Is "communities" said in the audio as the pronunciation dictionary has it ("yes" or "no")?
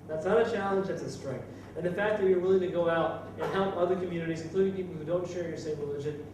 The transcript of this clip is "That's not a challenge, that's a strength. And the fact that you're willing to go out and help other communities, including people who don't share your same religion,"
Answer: yes